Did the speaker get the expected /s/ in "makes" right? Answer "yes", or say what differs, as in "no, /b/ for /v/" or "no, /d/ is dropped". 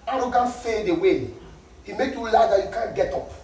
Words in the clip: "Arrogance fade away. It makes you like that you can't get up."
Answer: no, /s/ is dropped